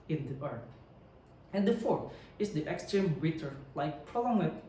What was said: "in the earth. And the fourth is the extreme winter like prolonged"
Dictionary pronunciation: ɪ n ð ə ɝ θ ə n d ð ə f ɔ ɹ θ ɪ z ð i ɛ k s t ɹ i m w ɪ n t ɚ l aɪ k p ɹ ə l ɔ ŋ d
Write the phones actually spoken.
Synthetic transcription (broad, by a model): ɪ n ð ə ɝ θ ə n d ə f ɔ ɹ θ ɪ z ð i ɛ k s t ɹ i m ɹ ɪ t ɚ l aɪ k p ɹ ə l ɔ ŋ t